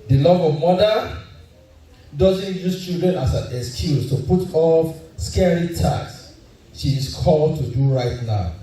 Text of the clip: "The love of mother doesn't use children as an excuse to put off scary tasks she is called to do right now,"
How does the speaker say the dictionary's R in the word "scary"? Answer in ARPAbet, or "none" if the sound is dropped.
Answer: R